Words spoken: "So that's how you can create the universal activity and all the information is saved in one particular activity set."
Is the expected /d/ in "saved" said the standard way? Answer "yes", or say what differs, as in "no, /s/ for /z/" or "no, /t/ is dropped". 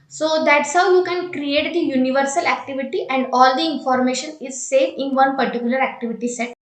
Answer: no, /d/ is dropped